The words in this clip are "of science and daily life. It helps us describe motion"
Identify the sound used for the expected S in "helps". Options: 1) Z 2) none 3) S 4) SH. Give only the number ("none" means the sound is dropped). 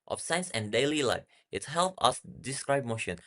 2